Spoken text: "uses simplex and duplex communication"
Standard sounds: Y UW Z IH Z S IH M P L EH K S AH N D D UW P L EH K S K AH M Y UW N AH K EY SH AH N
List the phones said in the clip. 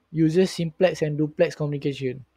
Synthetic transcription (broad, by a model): Y UW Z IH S S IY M P L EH K S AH N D D UW P L EH K S K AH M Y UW N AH K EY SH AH N